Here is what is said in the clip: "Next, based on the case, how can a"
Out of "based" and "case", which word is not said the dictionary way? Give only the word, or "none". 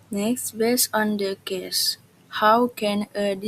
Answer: based